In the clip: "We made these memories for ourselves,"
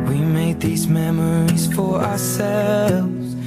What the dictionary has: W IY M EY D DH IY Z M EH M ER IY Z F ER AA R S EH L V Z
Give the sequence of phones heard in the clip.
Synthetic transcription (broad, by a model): W IY M EY D DH IY Z M EH M ER IY Z F ER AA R S EH L V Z